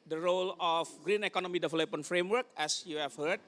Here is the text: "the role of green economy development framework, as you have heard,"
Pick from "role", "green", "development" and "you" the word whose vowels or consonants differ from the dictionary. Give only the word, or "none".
development